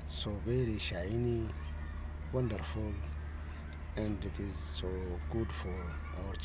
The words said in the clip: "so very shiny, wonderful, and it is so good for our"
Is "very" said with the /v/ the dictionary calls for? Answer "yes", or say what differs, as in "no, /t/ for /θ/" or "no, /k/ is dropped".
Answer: no, /b/ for /v/